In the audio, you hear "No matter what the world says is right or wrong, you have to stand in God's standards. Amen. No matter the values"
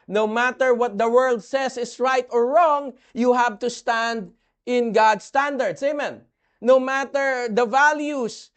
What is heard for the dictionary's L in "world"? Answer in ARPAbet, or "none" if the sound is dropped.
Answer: L